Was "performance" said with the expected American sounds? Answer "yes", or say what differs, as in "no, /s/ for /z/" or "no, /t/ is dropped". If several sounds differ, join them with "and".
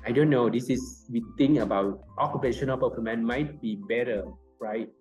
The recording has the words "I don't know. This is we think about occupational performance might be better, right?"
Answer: no, /s/ is dropped